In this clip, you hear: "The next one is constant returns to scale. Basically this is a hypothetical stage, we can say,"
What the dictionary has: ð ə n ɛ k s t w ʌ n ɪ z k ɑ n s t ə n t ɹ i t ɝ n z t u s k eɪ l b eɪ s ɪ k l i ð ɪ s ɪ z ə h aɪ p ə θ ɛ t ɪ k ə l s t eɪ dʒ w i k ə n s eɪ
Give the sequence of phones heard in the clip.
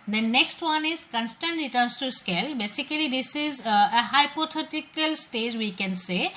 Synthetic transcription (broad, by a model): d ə n ɛ k s t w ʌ n ɪ z k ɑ n s t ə n t ɹ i t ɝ n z t u s k eɪ l b eɪ s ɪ k l i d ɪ s ɪ z ə h aɪ p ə t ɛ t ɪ k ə l s t eɪ dʒ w i k ə n s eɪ